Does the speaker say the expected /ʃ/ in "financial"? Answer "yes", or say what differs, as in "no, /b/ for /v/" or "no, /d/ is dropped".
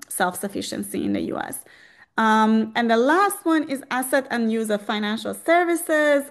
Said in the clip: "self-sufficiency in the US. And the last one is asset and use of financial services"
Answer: yes